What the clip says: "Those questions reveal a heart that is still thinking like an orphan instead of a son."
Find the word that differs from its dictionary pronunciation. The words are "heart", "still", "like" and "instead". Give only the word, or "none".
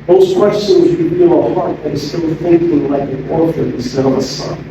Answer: instead